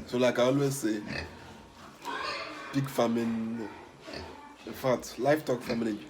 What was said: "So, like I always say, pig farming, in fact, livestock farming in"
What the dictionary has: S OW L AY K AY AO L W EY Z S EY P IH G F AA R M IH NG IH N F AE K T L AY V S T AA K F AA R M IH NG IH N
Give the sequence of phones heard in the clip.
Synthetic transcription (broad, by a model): S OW L AY K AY AO L W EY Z S EY B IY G F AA M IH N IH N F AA T L AY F T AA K F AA M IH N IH